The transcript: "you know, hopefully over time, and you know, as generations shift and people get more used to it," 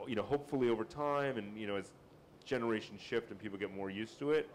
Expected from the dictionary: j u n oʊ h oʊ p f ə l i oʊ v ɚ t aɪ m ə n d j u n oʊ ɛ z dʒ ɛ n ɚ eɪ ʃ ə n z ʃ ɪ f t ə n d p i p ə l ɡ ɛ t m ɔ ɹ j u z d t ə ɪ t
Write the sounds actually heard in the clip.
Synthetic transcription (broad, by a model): j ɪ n oʊ h oʊ p f l i oʊ v ɚ t aɪ m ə n j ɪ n oʊ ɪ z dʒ ɛ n ɚ eɪ ʃ n ʃ ɪ f t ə n p i p l ɡ ɛ t m ɔ ɹ j u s t ə ɪ t